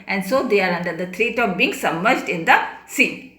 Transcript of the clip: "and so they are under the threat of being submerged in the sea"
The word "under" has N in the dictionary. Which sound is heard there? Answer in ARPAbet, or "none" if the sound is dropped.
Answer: N